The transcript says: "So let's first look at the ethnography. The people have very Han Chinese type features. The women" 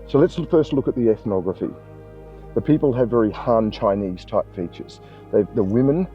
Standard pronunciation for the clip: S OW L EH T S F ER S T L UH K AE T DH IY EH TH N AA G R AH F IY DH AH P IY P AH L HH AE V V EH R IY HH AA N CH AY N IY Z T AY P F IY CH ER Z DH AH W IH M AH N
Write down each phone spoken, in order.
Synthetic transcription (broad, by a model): S OW L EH T S F ER S T L UH K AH T DH IY EH TH N AA G R AH F IY DH AH P IY P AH L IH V V EH R IY HH AA N CH AY N IY Z T AY P F IY CH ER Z DH AH W IH M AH N